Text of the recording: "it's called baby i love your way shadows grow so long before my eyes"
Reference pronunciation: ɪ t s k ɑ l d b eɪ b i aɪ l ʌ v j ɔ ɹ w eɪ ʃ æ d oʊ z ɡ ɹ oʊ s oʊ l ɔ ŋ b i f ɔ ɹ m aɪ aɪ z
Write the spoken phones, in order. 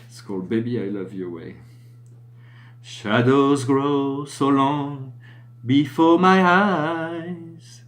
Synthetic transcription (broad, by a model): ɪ t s k ɑ l d b eɪ b i aɪ l ʌ v j ɔ ɹ w eɪ ʃ æ d oʊ z ɡ ɹ oʊ s oʊ l ɔ ŋ b i f ɔ ɹ m aɪ aɪ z